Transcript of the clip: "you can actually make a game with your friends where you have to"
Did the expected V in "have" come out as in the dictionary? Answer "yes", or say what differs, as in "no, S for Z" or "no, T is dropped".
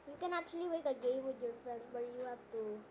no, P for V